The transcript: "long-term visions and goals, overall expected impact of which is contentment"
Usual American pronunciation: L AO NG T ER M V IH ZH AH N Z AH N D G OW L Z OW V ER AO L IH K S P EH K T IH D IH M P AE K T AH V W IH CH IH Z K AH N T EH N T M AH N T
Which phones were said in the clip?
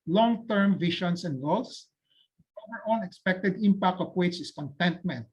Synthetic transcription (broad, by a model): L AO NG T ER M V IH SH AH N S AH N D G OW L S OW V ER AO N IH K S P EH K T IH D IH M P AE K T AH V W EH S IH S K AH N T EH N T M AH N T